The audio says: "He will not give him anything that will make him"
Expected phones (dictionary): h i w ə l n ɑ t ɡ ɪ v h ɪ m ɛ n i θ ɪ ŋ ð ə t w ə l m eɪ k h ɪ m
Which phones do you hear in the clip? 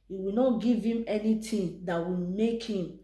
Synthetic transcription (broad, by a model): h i w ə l n ɑ t ɡ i v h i m ɛ n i t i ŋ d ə t w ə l m eɪ k h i m